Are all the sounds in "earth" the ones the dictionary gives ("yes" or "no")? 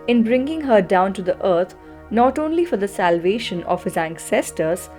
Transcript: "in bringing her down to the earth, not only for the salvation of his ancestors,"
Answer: no